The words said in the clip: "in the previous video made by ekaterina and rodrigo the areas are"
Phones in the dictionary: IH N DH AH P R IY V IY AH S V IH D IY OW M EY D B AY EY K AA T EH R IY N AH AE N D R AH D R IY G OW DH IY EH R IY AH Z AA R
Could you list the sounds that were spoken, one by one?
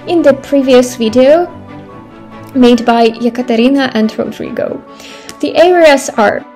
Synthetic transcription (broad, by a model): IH N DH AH P R IY V IY AH S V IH D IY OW M EY D B AY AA K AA T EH R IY N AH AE N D R AH D R IY G OW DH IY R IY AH S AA R